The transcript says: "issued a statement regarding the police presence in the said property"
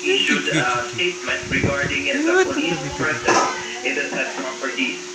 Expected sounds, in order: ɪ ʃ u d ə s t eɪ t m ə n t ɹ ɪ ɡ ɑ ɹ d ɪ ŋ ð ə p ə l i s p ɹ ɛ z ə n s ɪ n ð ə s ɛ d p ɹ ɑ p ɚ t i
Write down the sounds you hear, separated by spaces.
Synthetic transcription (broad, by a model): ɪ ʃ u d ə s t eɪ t m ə n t ɹ ɪ ɡ ɑ ɹ d ɪ ŋ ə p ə i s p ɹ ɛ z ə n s ɪ n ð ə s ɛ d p ɹ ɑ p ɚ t i